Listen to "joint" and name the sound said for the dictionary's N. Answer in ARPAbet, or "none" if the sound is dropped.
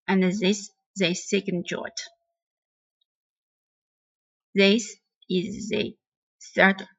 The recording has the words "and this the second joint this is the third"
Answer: none